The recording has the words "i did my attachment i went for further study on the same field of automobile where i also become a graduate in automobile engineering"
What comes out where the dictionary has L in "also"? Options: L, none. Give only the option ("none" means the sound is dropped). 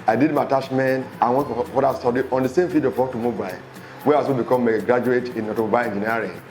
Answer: none